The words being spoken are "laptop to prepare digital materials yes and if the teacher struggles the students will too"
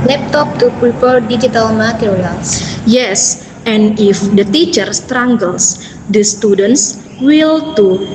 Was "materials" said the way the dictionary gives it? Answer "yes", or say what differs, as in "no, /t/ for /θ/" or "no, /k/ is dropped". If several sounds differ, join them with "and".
no, /l/ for /ɹ/